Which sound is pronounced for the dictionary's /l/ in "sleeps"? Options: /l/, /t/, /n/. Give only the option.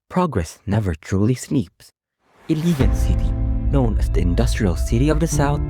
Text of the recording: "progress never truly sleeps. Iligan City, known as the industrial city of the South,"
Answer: /n/